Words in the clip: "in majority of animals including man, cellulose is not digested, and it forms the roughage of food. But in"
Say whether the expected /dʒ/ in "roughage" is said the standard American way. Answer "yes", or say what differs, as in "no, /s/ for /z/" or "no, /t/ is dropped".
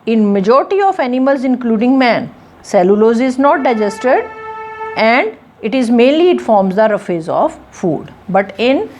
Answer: no, /z/ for /dʒ/